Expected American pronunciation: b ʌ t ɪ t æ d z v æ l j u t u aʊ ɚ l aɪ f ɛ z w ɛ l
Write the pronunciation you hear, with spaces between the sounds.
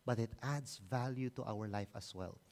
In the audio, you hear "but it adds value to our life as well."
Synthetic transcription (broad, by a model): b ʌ t ɪ t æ d s v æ l j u t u aʊ ɚ l aɪ f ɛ s w ɛ l